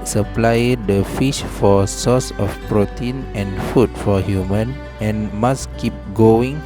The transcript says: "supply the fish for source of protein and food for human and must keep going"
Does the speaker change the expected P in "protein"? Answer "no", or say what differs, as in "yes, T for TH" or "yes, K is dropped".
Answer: no